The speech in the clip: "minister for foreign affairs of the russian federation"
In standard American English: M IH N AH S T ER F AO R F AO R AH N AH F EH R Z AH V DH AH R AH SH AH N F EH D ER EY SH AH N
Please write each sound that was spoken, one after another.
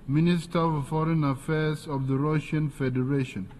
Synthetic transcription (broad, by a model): M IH N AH S T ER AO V F AO R AH N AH F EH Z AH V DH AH R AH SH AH N F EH D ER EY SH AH N